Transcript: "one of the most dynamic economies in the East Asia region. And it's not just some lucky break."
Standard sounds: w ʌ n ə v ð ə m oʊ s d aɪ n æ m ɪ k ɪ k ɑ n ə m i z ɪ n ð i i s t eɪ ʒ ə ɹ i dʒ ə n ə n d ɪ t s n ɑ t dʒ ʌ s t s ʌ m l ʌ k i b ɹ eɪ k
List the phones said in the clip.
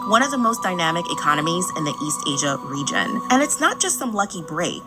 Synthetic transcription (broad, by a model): w ʌ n ə v ð ə m oʊ s d aɪ n æ m ɪ k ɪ k ɑ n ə m i z ɪ n ð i i s t eɪ ʒ ə ɹ i dʒ ə n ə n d ɪ t s n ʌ t dʒ ʌ s t s ʌ m l ʌ k i b ɹ eɪ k